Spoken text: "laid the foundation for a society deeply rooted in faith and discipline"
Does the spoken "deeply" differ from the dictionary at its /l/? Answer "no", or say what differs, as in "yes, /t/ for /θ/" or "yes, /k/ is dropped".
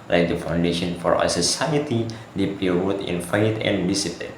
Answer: yes, /l/ is dropped